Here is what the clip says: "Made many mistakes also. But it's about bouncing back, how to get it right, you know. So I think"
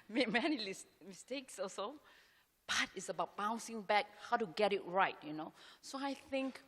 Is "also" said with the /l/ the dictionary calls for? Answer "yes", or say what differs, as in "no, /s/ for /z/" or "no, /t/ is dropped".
no, /l/ is dropped